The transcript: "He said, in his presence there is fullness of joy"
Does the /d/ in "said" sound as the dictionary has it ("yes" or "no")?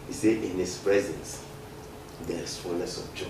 no